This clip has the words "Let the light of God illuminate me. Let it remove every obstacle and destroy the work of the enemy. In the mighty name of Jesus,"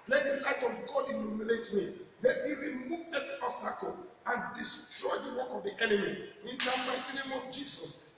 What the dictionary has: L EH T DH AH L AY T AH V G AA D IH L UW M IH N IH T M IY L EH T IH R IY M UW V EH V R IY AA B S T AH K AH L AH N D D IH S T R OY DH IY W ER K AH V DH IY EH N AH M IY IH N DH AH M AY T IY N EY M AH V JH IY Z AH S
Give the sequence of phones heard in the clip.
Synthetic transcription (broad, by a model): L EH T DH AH L AY T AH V G AA D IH N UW M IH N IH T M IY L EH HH IH R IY M UW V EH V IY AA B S T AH K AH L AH N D D IH S T R OY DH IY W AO K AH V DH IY EH N AH M IY IH N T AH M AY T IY N EY M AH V JH IY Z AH S